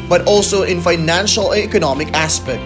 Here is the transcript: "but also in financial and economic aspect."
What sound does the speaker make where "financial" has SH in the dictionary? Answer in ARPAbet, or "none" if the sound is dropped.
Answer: SH